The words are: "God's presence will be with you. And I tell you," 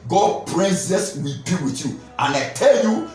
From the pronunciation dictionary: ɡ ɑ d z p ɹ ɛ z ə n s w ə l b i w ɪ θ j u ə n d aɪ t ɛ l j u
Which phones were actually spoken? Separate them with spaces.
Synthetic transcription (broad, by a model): ɡ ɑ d p ɹ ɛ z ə s w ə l b i w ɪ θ j u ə n aɪ t ɛ l j u